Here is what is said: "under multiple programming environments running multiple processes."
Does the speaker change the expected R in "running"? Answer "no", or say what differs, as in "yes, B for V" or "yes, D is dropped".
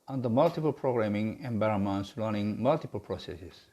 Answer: yes, L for R